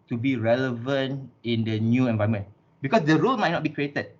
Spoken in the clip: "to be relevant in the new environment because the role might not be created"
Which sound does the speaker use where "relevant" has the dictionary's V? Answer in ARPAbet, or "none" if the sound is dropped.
V